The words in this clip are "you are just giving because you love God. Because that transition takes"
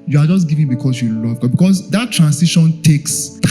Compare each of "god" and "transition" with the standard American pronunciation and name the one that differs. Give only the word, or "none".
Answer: transition